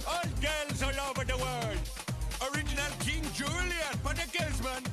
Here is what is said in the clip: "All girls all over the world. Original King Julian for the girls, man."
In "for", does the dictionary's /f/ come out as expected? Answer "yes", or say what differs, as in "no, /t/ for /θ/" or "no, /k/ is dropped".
no, /p/ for /f/